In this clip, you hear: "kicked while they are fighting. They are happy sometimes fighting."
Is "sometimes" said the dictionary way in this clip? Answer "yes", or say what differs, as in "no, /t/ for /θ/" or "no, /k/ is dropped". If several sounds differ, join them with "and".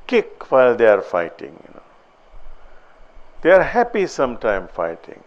no, /z/ is dropped